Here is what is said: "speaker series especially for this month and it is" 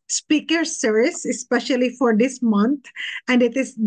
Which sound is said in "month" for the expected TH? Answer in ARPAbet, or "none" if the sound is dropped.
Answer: T